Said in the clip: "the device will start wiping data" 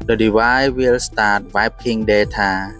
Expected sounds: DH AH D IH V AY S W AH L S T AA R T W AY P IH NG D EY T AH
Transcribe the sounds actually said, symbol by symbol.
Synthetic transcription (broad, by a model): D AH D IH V AY W AH L S T AA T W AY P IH NG D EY T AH